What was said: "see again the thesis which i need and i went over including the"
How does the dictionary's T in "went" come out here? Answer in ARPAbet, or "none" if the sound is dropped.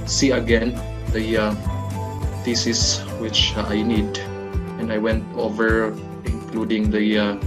T